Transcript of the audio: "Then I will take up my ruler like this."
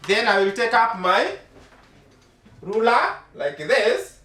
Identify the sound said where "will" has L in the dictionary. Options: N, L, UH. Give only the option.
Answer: L